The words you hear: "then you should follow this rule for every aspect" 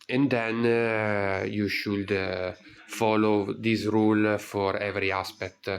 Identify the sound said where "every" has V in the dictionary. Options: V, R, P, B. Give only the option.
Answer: V